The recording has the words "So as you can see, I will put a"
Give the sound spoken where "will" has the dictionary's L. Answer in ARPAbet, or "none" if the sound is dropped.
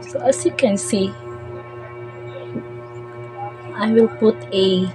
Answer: L